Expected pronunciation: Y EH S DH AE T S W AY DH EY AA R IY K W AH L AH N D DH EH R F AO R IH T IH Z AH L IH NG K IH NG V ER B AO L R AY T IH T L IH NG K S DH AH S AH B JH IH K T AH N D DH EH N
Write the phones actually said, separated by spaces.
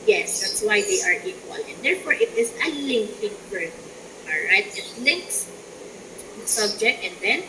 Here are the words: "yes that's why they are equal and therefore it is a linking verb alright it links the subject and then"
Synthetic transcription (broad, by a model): Y EH S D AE T S W AY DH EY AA R IY K W AH L AH N D EH R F AO R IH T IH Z AH L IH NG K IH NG F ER AO L R AY T IH T L IH NG K S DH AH S AH B JH IH K T AH N D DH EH N